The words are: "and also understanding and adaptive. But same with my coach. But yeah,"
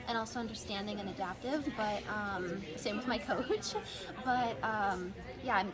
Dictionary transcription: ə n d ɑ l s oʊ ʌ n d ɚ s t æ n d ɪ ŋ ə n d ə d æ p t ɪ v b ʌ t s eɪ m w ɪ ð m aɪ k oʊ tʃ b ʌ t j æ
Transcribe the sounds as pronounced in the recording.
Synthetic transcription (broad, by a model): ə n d ɑ l s oʊ ʌ n d ɚ s t æ n d ɪ ŋ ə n ə d æ p t ɪ v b ʌ t s eɪ m w ɪ ð m aɪ k oʊ tʃ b ʌ t j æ